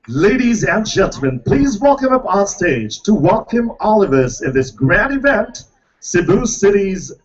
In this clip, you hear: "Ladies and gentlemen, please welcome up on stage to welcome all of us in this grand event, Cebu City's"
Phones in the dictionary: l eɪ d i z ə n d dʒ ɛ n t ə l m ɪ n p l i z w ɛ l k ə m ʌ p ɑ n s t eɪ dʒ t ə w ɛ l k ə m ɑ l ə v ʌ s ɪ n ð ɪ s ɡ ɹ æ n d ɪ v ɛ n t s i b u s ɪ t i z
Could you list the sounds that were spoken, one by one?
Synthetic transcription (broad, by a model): l eɪ d i z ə n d dʒ ɛ n t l m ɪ n p l i z w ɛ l k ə m ʌ p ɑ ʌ s t eɪ dʒ t ə w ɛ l k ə m ɑ l ə v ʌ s ɪ n ð ɪ s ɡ ɹ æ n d ɪ v ɛ n t s i b u s ɪ t i z